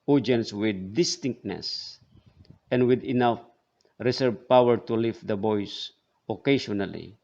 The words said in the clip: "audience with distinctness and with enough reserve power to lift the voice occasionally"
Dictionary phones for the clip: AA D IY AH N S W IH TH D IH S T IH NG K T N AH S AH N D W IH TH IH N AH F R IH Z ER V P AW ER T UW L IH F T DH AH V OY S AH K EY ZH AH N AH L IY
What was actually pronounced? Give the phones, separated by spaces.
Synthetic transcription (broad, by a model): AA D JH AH N S W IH D IH S T IH NG K T N AH S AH N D W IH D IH N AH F R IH S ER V P AW ER T UW L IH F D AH B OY S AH K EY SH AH N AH L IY